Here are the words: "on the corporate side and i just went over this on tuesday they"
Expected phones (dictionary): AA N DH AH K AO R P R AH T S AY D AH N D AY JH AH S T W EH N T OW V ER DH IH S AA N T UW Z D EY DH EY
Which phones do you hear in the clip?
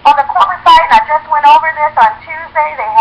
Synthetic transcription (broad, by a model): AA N DH AH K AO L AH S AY AH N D AY JH AH S T W EH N T OW V ER DH IH S N T UW Z D EY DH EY